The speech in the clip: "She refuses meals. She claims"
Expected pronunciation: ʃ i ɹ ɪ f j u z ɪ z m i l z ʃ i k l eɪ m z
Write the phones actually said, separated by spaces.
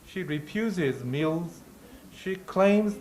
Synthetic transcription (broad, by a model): ʃ i ɹ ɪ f j u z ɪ z m i l z ʃ i k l eɪ m z